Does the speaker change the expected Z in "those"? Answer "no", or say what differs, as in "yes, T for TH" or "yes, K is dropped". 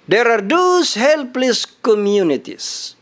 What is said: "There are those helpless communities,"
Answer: yes, S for Z